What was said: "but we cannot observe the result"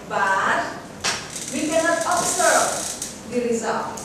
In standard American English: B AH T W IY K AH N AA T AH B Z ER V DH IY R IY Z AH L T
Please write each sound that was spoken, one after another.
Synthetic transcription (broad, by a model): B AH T W IY K AH N AA T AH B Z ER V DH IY R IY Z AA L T